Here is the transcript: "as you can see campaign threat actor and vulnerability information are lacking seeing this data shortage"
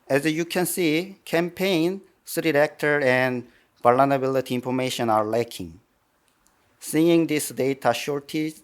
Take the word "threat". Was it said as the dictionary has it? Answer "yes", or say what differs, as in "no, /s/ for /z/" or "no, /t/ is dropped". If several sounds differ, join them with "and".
no, /s/ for /θ/